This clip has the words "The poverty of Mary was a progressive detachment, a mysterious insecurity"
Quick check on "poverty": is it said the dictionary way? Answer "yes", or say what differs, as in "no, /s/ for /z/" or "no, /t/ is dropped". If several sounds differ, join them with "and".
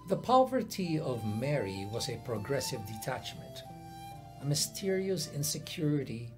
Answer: yes